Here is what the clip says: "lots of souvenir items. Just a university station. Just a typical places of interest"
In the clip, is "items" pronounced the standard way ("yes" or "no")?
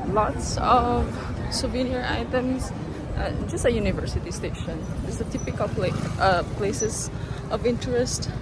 no